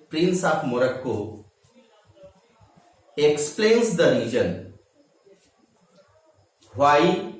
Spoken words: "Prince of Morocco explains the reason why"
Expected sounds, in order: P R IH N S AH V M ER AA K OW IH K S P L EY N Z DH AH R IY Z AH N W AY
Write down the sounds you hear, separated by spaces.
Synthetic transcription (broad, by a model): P R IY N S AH P M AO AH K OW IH K S P L EY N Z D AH R IY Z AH N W AY